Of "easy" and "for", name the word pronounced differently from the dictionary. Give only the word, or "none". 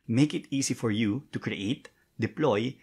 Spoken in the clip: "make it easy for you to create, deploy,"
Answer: easy